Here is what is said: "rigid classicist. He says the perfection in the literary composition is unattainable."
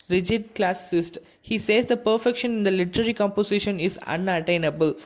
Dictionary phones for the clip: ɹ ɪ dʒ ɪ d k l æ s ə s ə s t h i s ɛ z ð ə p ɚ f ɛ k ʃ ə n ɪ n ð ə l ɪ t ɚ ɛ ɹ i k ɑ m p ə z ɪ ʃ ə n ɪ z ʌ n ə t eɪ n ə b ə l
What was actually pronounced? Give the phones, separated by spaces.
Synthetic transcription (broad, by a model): ɹ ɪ dʒ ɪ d k l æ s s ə s t h i s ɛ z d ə p ɚ f ɛ k ʃ ə n ɪ n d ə l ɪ t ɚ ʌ ɹ i k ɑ m p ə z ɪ ʃ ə n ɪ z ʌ n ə t eɪ n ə b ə l